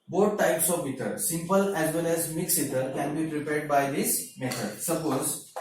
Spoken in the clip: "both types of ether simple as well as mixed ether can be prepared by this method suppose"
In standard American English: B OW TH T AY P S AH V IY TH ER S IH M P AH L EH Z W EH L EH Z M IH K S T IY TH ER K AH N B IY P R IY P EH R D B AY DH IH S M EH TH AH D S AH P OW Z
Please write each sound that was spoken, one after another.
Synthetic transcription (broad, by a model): B OW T T AY P S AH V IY T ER S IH M P AH L EH Z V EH L EH Z M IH K S IY T ER K AH N B IY P R IY P EH R D B AY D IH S M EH T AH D S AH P OW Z